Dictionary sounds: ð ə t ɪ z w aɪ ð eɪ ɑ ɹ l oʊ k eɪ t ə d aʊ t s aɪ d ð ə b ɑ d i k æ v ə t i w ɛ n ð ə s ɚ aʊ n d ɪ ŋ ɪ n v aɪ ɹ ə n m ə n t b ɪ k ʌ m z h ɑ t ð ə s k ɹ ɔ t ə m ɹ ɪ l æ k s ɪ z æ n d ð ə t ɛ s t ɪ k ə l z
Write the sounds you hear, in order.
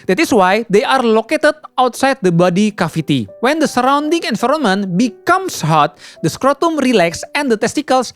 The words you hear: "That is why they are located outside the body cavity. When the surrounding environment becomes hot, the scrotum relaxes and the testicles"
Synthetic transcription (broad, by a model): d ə t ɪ s w aɪ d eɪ ɑ ɹ l oʊ k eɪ t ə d aʊ t s aɪ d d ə b ɑ d i k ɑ f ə t i w ɛ n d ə s ɚ aʊ n d ɪ ŋ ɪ n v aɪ ɹ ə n m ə n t b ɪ k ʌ m s h ɑ t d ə s k ɹ ɔ t ə m ɹ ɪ l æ k s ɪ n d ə t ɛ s t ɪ k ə l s